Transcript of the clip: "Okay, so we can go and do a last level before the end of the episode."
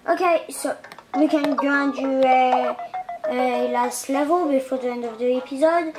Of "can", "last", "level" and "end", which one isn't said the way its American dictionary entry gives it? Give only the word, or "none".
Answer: none